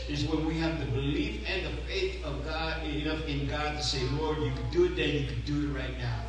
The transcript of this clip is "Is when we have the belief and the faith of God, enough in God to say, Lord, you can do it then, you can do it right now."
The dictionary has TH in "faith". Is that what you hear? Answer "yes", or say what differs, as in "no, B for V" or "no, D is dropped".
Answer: yes